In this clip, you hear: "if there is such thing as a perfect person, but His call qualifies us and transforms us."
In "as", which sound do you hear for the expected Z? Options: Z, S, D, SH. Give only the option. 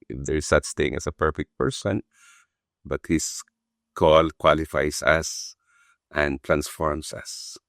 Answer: S